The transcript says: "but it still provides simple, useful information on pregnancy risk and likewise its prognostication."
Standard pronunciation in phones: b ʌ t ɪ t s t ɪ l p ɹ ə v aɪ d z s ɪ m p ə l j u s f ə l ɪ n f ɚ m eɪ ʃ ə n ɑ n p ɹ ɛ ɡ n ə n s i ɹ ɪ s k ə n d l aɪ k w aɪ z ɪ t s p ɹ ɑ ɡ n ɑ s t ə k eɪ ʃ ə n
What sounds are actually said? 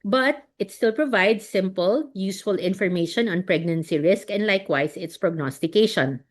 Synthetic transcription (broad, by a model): b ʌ t ɪ t s t ɪ l p ɹ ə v aɪ d s ɪ m p ə l j u s f ə l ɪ n f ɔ m eɪ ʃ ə n ɑ n p ɹ ɛ ɡ n ə n s i ɹ ɪ s k ə n d l aɪ k w aɪ s ɪ t s p ɹ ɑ ɡ n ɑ s t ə k eɪ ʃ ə n